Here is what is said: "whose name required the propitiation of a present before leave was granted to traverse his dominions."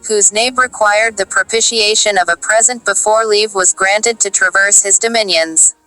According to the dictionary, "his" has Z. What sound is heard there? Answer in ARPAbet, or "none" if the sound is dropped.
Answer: Z